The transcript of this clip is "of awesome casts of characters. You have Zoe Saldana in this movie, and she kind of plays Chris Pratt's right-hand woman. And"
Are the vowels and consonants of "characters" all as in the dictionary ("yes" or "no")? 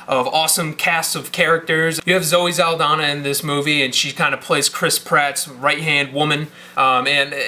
yes